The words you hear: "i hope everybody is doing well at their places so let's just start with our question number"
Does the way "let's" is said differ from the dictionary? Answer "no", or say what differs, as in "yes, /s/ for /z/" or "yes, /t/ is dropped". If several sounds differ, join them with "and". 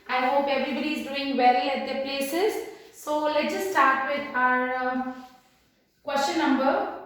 yes, /s/ is dropped